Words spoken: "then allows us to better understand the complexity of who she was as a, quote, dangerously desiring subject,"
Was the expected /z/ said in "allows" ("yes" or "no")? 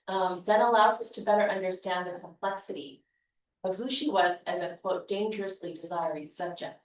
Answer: yes